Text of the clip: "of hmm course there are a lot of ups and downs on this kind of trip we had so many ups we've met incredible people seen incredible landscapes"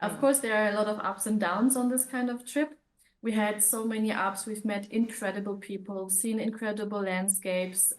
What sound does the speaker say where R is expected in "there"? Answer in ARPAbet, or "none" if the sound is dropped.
R